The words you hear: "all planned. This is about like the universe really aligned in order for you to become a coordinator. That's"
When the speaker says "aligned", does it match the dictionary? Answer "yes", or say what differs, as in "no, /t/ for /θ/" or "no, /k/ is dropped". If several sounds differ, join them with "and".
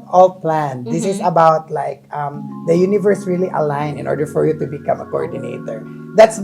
no, /d/ is dropped